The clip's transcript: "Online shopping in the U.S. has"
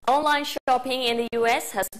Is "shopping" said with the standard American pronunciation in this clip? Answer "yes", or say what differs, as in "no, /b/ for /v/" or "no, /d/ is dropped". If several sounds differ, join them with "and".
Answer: yes